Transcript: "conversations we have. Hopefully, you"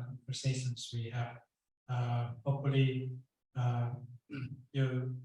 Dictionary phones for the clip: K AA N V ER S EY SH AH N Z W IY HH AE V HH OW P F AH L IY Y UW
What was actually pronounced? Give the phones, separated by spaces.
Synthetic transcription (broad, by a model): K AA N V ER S EY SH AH N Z W IY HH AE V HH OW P AH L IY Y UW